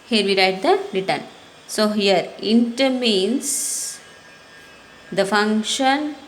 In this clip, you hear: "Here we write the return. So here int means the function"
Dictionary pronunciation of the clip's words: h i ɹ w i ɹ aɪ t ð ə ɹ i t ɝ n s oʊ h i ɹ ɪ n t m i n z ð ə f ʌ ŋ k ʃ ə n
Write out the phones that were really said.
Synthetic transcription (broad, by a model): h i ɹ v i ɹ aɪ t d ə ɹ i t ɝ n s oʊ h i ɹ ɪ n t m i n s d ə f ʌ ŋ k ʃ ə n